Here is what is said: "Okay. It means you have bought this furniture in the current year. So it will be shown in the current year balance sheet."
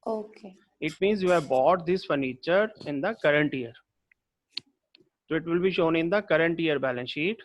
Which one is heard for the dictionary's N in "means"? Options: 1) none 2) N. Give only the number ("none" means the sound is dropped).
2